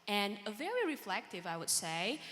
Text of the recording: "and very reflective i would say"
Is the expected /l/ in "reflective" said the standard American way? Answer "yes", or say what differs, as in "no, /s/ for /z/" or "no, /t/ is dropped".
yes